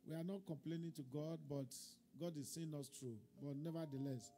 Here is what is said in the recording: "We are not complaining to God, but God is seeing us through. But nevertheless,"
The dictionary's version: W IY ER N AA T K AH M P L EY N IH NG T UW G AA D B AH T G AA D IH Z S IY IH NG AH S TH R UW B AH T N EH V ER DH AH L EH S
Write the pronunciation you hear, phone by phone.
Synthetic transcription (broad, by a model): W IY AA N AA T K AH M P L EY N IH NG T UW G AA D B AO T G AA D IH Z S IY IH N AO S T R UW B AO T N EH V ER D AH L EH S